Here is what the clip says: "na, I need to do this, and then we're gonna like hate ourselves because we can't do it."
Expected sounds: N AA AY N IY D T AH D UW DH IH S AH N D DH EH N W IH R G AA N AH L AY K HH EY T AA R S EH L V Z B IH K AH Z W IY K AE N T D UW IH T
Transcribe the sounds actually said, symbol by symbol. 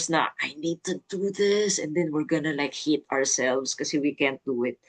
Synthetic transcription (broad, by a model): N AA AY N IY D T AH D UW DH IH S AH N D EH N W IH R G AA N AH L AY K HH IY T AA R S EH L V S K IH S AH W IY K AE N T D UW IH T